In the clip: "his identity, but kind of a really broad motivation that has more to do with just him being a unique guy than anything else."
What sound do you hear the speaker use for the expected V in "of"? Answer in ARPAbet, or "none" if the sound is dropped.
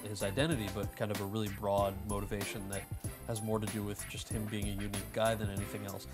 V